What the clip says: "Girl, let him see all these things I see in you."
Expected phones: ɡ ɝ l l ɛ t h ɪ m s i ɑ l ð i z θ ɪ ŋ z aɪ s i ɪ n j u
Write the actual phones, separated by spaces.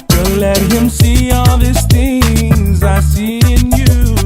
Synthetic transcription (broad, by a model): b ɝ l l ɛ t h ɪ m s i ɑ l ð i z θ ɪ ŋ z aɪ s i ɪ n j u